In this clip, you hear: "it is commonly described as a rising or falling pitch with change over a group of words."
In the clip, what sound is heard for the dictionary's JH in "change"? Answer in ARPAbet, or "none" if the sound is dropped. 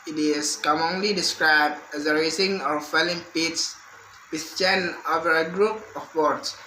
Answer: none